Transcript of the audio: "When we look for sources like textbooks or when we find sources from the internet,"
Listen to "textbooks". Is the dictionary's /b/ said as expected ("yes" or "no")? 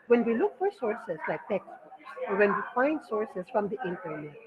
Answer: no